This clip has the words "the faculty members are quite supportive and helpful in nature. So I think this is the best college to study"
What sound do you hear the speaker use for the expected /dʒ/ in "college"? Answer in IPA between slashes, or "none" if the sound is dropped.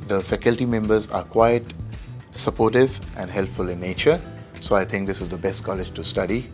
/dʒ/